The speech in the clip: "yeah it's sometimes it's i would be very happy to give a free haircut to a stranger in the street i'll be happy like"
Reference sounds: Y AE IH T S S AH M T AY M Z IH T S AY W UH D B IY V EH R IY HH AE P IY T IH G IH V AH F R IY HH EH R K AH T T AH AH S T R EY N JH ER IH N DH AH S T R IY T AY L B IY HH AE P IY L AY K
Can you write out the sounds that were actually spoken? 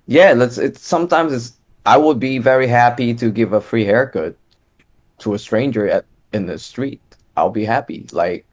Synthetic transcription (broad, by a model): Y AE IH T S S AH M T AY M Z IH T S AY W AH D B IY V EH R IY HH AE P IY T IH G IH V AH F R IY HH EH R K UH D T AH AH S T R EY N JH ER IH N DH AH S T R IY T AY L B IY HH AE P IY L AY K